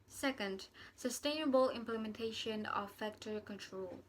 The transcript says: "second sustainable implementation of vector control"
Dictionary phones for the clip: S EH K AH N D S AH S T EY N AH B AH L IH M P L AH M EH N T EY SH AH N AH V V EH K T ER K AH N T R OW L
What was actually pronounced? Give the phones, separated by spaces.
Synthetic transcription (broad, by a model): S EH K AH N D S AH S T EY N AH B AH L IH M P L AH M EH N T EY SH AH N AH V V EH K T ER K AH N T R OW L